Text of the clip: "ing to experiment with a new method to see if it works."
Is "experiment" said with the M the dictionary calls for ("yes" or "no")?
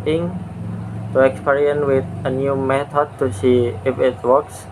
no